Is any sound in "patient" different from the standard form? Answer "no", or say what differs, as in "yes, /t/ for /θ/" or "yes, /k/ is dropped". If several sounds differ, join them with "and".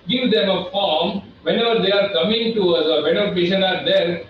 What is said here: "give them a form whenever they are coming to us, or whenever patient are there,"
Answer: yes, /t/ is dropped